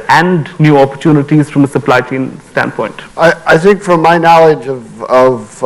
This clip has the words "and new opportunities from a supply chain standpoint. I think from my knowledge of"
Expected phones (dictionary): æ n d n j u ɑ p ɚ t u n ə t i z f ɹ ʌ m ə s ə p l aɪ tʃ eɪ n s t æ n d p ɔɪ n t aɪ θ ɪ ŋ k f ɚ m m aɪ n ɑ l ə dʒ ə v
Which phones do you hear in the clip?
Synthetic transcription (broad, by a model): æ n d n j u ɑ p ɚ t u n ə t i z f ɹ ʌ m ə s ə p l aɪ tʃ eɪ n s t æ n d p ɔɪ n t aɪ θ ɪ ŋ k f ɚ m m aɪ n ɑ l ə dʒ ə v